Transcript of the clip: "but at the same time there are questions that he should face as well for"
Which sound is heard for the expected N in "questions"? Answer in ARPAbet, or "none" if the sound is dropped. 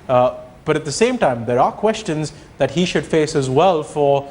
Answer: N